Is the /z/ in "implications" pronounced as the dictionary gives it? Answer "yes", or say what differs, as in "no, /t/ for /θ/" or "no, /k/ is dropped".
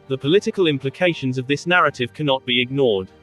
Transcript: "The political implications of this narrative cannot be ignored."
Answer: yes